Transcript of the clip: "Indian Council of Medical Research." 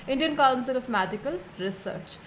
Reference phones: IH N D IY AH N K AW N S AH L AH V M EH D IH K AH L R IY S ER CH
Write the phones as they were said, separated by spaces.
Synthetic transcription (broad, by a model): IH N D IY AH N K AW L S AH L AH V M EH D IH K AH L R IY S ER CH